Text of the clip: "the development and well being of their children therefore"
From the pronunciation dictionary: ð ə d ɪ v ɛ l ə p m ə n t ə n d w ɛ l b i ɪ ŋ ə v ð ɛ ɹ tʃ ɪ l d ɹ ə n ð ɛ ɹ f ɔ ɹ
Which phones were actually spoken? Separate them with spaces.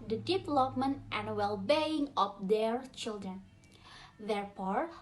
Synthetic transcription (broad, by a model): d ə d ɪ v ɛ l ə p m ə n t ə n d w ɛ l b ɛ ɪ ŋ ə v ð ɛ ɹ tʃ ɪ l d ɹ ə n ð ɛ ɹ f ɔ ɹ